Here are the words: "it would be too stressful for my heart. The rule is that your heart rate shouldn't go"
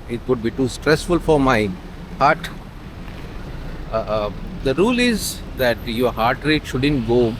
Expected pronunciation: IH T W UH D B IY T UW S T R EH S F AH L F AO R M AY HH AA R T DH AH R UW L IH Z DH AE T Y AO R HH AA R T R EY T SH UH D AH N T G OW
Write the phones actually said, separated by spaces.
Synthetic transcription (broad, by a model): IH T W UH D B IY T UW S T R EH S F AH L F AO R M AY HH AA R T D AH R UW L IH Z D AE T Y AO R HH AA R T R EY T SH UH D AH N T G OW